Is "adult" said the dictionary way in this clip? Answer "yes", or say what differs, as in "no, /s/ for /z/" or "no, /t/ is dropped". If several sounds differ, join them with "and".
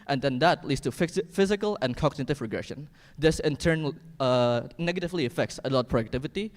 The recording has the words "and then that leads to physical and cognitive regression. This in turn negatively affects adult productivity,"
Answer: no, /l/ is dropped